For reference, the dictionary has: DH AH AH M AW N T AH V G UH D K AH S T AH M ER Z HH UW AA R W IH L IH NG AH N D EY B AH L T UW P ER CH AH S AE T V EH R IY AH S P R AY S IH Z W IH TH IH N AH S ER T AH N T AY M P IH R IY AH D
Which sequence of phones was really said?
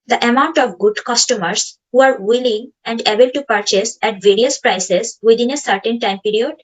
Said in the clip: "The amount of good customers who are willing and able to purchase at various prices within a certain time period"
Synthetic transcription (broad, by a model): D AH AH M AW N T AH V G UH D K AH S T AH M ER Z HH UW AA R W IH L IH NG AH N D EY B AH L T UW P ER CH AH S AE T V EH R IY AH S P R AY S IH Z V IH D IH N AH S ER T AH N T AY M P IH R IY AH D